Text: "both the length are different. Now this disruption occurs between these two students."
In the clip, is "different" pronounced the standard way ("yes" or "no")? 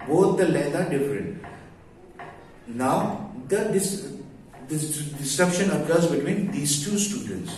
yes